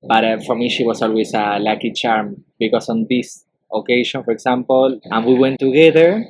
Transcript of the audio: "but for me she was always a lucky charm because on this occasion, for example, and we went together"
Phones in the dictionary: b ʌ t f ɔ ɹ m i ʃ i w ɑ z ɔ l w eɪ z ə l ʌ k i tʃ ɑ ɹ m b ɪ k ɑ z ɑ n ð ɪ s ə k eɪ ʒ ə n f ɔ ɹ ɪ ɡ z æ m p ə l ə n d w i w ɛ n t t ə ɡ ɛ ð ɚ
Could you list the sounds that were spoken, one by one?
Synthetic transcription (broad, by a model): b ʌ t f ɔ ɹ m i ʃ i w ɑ s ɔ l w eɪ s ə l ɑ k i tʃ ɑ ɹ m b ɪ k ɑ s ɑ n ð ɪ s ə k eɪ ʃ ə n f ɔ ɹ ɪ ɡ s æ m p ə l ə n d w i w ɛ n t t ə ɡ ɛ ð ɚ